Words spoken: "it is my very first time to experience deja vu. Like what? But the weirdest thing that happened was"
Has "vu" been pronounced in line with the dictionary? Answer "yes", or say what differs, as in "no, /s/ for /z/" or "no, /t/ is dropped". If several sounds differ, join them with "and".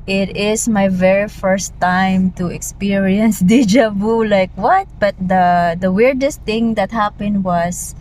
no, /b/ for /v/